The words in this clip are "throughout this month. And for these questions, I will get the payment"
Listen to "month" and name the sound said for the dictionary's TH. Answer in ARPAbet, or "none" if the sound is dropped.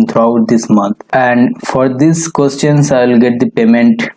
T